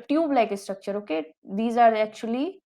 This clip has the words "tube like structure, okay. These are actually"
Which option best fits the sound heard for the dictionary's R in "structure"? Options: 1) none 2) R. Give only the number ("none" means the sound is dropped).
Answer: 2